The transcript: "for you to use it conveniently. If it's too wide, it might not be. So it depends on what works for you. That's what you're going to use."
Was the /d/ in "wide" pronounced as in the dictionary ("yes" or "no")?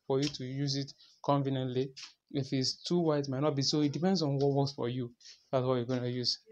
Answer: no